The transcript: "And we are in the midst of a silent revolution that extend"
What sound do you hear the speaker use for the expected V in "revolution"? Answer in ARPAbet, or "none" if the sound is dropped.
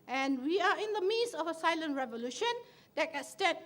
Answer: V